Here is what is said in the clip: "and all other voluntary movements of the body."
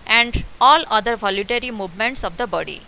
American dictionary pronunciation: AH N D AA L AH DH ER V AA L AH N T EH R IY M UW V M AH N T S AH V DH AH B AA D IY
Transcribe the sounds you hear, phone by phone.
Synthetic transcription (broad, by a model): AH N D AA L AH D ER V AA L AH T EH R IY M UW V M AH N T S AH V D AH B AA D IY